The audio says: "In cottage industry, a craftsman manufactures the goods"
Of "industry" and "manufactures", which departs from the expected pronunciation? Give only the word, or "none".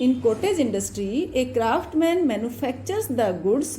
manufactures